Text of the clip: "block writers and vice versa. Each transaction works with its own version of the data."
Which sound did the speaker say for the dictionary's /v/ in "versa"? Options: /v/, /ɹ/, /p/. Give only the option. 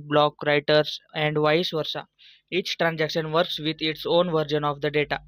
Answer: /v/